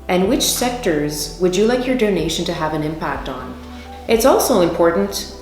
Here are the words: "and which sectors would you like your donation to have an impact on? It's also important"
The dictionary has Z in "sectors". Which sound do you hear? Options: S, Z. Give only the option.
Z